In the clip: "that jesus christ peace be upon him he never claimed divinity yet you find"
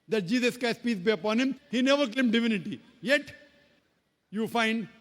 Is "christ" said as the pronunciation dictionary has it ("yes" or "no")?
no